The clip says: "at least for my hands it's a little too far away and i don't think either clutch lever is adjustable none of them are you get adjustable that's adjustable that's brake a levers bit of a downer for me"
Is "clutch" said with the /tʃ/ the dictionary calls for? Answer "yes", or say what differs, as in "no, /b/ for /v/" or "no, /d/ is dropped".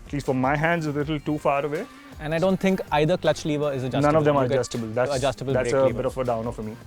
yes